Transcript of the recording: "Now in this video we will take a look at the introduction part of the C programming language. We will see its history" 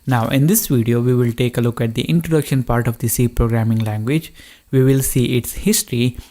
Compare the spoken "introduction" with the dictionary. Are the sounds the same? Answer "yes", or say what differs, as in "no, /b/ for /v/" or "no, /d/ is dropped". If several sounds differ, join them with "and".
yes